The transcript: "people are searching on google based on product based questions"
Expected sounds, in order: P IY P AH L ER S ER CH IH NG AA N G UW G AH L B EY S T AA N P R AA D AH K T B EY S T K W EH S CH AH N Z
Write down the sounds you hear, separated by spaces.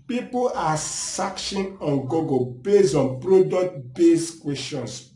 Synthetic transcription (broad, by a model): P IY P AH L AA S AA SH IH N AA N G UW G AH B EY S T AA N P R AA D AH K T B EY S K W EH S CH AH N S